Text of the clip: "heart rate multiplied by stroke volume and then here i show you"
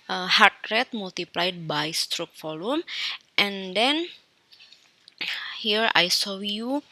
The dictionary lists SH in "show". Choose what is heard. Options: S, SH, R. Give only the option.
S